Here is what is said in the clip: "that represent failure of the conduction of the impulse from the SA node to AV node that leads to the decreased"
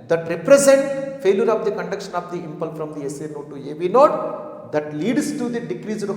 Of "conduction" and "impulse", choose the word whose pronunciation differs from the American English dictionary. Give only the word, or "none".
impulse